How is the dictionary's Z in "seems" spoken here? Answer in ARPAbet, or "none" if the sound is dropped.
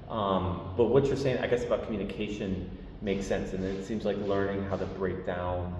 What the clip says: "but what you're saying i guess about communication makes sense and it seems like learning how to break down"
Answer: Z